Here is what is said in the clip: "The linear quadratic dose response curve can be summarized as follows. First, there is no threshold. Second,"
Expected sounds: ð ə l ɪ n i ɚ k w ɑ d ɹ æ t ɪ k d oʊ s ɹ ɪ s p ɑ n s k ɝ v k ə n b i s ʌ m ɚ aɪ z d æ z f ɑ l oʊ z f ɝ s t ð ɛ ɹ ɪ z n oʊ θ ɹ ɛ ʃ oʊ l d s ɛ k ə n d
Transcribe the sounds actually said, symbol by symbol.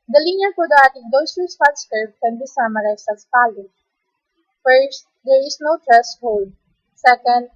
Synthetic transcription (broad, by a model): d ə l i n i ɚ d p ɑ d æ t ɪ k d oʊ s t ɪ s ɑ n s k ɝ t k ə n b i s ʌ m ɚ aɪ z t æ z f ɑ l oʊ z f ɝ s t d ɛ ɹ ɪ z n oʊ t ɹ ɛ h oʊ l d s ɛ k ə n d